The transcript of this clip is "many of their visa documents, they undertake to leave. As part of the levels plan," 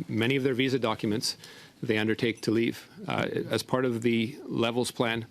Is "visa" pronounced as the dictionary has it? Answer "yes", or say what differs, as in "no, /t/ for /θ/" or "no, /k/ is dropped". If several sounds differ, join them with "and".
yes